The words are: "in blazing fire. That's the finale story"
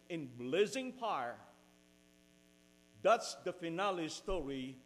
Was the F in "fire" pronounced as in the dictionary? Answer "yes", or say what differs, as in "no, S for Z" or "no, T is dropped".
no, P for F